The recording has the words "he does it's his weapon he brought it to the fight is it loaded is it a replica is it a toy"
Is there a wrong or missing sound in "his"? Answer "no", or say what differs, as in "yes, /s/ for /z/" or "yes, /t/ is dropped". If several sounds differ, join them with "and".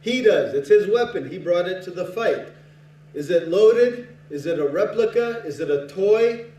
no